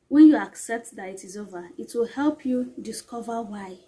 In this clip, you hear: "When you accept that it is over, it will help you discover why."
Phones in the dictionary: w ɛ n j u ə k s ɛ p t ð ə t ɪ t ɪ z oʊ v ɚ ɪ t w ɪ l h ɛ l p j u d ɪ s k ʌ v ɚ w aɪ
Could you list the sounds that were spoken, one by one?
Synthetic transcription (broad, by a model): w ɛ n j u ə k s ɛ p t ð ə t ɪ t ɪ z oʊ v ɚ ɪ t w ɪ l h ɛ l p j u d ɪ s k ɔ v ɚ w aɪ